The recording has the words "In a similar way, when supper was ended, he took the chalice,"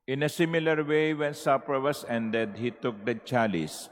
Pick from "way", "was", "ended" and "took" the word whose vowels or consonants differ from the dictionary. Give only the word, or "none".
was